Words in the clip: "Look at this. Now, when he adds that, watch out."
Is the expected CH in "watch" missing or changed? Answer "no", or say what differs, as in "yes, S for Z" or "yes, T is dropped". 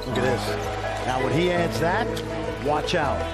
no